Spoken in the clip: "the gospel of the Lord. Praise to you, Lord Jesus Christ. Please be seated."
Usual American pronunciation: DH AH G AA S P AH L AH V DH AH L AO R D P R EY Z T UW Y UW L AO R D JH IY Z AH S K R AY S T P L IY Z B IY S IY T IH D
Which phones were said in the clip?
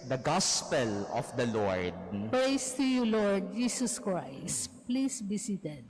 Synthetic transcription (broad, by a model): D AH G AA S P AH L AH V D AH L AO R D P R EY S T UW Y UW L AO R D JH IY S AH S K R AY S T P L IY S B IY S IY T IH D